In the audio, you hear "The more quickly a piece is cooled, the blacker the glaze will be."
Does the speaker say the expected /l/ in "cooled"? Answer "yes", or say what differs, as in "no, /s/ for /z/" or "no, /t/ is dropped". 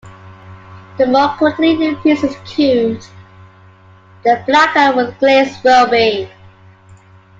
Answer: no, /l/ is dropped